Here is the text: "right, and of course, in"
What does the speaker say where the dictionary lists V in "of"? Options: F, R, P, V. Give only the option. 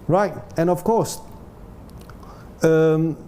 F